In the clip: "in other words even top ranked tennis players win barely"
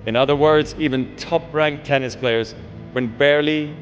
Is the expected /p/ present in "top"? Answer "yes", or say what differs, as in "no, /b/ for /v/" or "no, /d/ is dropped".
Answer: yes